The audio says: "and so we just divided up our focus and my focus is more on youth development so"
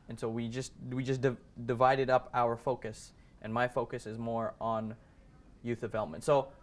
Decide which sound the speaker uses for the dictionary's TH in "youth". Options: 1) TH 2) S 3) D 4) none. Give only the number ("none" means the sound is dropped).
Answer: 1